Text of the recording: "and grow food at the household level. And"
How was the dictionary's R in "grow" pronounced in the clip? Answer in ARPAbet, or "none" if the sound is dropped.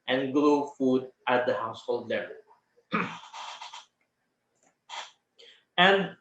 L